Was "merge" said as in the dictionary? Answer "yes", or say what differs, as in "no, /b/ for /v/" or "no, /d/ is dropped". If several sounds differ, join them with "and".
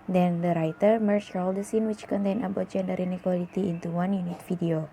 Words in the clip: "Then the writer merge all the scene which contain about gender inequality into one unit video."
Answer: no, /tʃ/ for /dʒ/